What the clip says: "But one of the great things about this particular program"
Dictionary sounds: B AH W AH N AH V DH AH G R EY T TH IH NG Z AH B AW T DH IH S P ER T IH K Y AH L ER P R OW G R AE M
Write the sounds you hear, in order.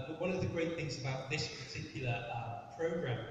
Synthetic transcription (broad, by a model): W AH N AH V DH AH G R EY T TH IH NG Z AH B AW T DH IH S P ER T IH K Y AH L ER P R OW G R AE M